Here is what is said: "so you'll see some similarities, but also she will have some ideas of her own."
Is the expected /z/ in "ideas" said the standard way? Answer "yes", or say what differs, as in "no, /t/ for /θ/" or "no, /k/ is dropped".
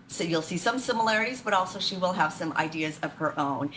yes